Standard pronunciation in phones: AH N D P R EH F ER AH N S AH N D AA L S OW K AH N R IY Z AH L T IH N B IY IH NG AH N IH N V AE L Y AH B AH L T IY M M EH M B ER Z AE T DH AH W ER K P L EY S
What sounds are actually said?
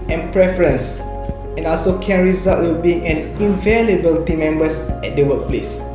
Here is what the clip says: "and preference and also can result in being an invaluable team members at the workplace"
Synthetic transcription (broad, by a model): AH N P R EH F ER AH N S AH N AA L S OW K AH N R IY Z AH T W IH L B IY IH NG AH N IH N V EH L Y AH B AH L T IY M M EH M B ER S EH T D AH W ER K P L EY S